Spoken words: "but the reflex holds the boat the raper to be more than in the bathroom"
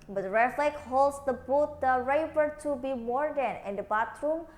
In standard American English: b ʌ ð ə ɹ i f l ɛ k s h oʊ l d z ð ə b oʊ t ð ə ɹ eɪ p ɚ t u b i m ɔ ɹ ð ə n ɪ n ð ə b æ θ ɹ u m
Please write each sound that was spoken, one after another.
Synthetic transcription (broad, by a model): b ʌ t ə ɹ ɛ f l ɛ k h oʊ l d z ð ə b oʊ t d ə ɹ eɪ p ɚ t u b i m ɔ ɹ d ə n ɪ n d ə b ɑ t ɹ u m